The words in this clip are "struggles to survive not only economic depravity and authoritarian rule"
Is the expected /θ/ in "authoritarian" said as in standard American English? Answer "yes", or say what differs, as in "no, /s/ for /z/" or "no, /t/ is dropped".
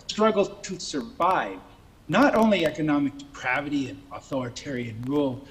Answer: yes